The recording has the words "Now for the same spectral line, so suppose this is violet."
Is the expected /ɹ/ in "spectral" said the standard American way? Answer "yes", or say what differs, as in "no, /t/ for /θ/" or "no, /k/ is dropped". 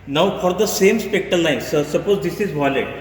no, /ɹ/ is dropped